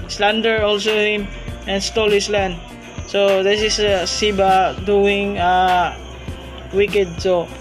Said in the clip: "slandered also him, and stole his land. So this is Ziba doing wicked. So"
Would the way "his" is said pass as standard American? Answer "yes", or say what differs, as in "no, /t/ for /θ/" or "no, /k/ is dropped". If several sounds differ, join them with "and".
no, /s/ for /z/